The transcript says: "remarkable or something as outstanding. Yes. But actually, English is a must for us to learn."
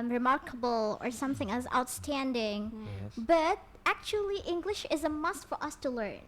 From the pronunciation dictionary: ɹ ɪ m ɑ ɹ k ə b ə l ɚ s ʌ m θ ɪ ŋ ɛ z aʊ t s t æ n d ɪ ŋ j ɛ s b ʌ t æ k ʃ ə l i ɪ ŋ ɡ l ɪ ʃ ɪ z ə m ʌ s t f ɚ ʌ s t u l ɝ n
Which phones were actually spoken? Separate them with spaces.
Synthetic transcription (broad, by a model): ɹ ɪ m ɑ ɹ k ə b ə l ɚ s ʌ m θ ɪ ŋ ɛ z aʊ t s t æ n d ɪ ŋ b ʌ t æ k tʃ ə l i ɪ ŋ ɡ l ɪ ʃ ɪ z ə m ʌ s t f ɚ ʌ s t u l ɝ n